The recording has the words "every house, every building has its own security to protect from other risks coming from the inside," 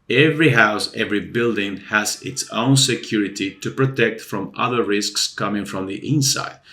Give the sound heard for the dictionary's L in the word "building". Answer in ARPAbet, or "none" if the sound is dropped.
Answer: L